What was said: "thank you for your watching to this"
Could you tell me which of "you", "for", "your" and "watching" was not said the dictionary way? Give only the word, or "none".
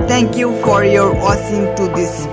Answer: watching